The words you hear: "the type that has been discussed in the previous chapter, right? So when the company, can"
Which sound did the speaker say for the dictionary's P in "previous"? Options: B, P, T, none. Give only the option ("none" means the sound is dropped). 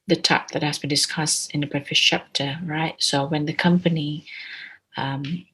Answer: B